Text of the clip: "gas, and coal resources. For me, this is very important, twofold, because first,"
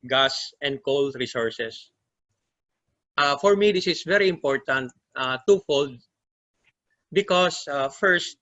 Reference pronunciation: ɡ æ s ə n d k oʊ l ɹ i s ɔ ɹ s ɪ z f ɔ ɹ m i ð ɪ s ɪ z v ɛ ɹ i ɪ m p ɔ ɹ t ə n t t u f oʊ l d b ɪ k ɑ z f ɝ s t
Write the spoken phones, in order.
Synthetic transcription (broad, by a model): ɡ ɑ s ə n d k oʊ l ɹ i s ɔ ɹ s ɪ s f ɔ ɹ m i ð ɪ s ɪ s v ɛ ɹ i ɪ m p ɔ ɹ t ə n t t u f oʊ l d b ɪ k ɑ s f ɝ s t